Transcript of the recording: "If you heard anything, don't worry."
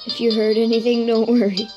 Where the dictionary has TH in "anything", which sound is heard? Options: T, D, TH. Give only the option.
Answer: TH